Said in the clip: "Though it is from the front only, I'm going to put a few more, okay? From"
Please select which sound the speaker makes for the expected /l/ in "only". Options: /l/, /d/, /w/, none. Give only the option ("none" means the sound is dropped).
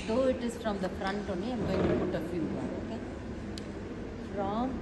none